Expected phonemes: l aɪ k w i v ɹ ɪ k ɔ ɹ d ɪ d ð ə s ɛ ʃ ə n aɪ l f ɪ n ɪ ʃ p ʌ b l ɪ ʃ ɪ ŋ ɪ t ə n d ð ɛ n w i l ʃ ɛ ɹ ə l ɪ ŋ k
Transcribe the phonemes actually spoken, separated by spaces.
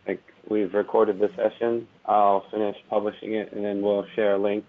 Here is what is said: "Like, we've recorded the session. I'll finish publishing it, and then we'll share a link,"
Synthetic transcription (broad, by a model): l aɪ k w i v ɹ ɪ k ɔ ɹ d ɪ d ð ə s ɛ ʃ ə n aɪ l f ɪ n ɪ ʃ p ʌ b l ɪ ʃ ɪ ŋ ɪ t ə n ð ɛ n w i l ʃ ɛ ɹ ə l ɪ ŋ k